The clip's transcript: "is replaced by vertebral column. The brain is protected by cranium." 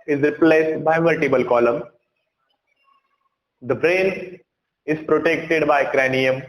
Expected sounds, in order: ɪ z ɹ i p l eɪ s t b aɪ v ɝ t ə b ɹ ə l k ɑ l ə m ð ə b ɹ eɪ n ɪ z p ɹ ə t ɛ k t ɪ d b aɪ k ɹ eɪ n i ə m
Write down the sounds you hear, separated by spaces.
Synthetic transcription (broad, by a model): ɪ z ɹ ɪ p l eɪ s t b aɪ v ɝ t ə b ə l k ɑ l ə m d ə b ɹ eɪ n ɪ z p ɹ ə t ɛ k t ɪ d b aɪ k ɹ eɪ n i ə m